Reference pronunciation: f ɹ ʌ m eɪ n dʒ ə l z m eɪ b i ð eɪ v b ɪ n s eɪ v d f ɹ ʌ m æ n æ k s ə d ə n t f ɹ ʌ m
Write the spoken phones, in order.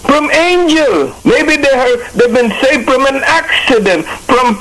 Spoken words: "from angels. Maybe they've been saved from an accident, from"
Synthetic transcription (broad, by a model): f ɹ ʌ m eɪ n dʒ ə l m eɪ b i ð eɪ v b ɪ n s eɪ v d f ɹ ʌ m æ n æ k s ə d ə n t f ɹ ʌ m